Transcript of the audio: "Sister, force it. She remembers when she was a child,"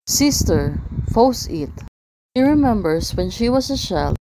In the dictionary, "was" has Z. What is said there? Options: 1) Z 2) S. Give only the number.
2